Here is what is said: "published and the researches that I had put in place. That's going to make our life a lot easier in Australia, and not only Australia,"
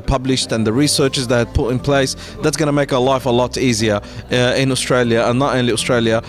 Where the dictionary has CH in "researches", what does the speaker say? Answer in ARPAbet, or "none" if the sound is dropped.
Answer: CH